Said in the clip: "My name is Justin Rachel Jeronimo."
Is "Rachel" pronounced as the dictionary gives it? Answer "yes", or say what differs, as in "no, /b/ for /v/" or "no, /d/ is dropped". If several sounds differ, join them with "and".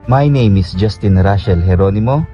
no, /ʃ/ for /tʃ/